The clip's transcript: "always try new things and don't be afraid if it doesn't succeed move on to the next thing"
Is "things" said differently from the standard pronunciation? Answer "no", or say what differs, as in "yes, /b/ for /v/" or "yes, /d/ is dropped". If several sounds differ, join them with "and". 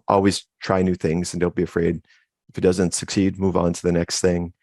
no